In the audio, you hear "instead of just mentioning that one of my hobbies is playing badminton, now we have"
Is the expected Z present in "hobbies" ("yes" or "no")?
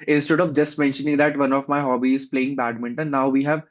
no